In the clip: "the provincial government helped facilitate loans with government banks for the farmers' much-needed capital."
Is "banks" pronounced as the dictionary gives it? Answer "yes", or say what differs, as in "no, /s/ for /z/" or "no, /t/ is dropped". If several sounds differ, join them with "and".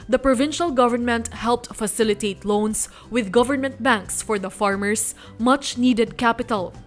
yes